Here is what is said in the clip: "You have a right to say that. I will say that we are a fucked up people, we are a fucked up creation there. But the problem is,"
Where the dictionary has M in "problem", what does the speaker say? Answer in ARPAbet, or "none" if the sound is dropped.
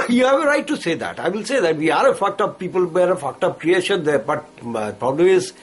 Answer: none